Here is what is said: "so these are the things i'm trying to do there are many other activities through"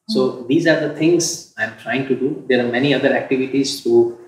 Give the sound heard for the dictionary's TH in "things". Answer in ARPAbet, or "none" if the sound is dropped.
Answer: T